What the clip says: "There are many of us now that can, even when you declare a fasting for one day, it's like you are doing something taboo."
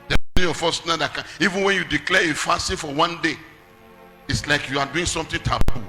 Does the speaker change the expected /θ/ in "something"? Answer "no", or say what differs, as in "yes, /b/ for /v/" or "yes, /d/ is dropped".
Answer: yes, /t/ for /θ/